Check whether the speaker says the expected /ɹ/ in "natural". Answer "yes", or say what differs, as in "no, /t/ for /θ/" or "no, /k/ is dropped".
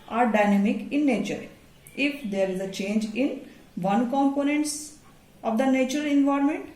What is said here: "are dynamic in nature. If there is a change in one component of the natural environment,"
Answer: no, /ɹ/ is dropped